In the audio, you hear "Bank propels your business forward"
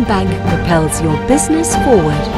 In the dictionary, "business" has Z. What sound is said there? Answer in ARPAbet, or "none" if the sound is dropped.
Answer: Z